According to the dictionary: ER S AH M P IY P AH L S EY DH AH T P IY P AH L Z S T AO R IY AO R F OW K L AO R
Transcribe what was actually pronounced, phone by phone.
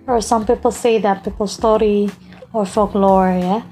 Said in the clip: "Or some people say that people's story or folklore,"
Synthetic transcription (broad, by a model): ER S AH M P IY P AH L S EY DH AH T P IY P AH L S T AO R IY AO R F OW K L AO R